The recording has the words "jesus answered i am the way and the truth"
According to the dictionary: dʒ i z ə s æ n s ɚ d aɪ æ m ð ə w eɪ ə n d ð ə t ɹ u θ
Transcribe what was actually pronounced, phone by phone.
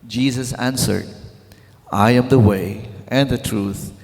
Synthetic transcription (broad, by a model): dʒ i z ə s æ n s ɚ d aɪ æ m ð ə w eɪ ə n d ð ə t ɹ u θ